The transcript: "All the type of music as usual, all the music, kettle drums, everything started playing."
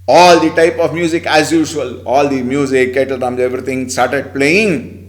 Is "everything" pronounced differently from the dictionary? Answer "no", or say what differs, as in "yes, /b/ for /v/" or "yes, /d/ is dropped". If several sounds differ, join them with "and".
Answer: yes, /t/ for /θ/